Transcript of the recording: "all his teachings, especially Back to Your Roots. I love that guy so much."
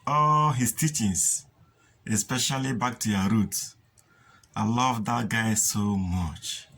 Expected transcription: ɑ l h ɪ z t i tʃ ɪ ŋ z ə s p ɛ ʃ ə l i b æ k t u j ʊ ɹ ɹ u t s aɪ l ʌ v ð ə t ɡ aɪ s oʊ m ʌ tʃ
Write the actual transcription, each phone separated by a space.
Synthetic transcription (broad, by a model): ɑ l h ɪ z t i tʃ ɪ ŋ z ə s p ɛ ʃ ə l i b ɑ k t u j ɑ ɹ ɹ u t aɪ l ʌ v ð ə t ɡ aɪ s oʊ m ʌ tʃ